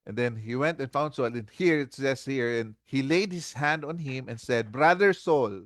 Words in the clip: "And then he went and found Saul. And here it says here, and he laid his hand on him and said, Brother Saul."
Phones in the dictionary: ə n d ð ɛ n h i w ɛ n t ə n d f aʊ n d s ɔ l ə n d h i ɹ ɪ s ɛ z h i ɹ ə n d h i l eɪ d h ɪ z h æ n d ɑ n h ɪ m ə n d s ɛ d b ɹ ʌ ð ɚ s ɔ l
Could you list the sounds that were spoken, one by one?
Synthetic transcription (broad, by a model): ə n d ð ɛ n h i w ɛ n t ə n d f aʊ n d s ɔ l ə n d h i ɹ ɪ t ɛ s h i ɹ ə n d h i l eɪ d h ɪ s h æ n d ɑ n h ɪ m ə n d s ɛ d b ɹ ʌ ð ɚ s ɔ l